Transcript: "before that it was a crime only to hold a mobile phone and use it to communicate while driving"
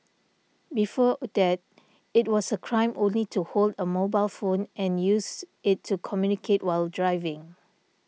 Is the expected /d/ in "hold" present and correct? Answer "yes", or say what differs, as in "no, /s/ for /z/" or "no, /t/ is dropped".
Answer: yes